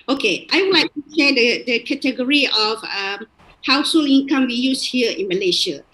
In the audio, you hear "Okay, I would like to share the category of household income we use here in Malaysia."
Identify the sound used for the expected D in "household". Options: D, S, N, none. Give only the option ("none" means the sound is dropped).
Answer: none